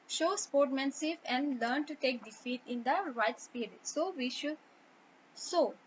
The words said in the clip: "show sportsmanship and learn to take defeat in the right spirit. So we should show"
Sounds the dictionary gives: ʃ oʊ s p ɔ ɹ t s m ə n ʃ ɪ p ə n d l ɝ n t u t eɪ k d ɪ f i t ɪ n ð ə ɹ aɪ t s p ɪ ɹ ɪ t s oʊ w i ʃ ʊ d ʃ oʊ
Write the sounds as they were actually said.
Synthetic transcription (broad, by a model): ʃ oʊ s p ɔ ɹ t m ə n s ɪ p ə n d l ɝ n t u t eɪ k d ɪ f i t ɪ n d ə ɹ aɪ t s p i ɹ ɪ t s oʊ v i ʃ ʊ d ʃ oʊ